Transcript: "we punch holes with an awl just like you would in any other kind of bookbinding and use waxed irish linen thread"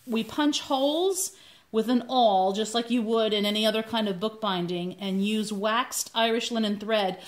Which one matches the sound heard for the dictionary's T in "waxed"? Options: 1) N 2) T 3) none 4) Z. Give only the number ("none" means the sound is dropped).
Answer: 2